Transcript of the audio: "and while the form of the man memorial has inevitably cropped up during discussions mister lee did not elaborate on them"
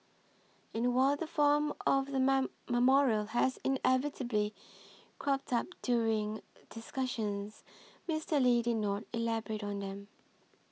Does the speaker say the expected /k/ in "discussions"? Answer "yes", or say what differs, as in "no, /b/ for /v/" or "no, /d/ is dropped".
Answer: yes